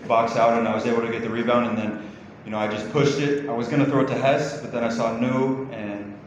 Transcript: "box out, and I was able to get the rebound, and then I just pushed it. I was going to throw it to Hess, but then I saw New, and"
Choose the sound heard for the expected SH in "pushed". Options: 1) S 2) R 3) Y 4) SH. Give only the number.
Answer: 4